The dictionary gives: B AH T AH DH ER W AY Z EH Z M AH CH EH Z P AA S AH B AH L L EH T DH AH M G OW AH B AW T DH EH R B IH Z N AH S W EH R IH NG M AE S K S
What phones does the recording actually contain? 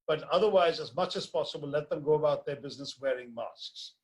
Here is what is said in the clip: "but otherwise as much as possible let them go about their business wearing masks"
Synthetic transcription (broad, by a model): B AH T AH DH ER W AY Z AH Z M AH CH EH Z P AA S AH B AH L L EH T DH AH M G OW AH B AW T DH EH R B IH Z N AH S W EH R IH NG M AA S K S